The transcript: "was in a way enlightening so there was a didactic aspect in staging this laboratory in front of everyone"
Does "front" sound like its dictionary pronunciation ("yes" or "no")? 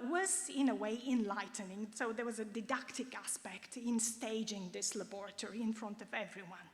yes